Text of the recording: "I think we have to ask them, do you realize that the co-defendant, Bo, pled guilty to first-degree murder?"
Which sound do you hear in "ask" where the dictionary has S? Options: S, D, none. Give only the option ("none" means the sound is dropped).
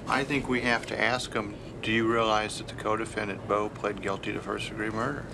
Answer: S